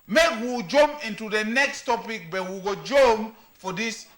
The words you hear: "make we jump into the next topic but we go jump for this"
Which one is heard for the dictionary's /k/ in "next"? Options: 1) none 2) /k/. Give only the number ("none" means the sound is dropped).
2